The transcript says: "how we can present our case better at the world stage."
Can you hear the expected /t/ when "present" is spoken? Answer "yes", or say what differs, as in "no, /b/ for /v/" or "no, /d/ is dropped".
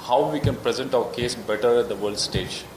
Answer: yes